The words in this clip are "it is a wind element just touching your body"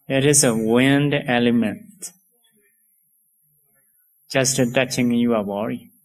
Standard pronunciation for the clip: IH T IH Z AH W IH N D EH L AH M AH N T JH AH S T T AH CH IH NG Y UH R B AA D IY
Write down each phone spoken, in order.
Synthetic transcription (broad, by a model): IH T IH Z AH W IH N D EH L AH M AH N T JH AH S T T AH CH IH NG Y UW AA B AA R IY